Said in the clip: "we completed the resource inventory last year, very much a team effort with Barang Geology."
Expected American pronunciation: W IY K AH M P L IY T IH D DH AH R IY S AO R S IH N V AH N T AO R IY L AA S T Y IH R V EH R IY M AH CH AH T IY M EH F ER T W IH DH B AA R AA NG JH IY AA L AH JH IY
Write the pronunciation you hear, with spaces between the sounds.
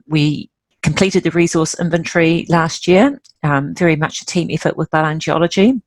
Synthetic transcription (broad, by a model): W IY K AH M P L IY T IH D DH AH R IY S AO S IH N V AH N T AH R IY L AA S T Y IH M V EH R IY M AH CH AH T IY M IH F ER T W IH DH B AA L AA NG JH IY AA L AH JH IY